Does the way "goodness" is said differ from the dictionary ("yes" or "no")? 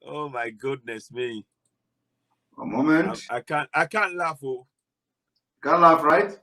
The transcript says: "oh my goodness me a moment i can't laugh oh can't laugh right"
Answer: no